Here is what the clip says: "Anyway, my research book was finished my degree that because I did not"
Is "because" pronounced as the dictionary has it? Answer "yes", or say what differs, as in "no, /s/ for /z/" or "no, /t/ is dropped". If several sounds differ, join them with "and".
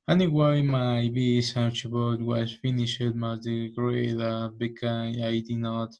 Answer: no, /z/ is dropped